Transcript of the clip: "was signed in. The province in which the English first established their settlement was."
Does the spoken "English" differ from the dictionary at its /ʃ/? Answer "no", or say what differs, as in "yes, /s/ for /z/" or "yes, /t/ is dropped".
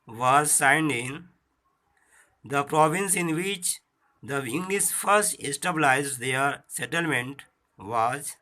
yes, /s/ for /ʃ/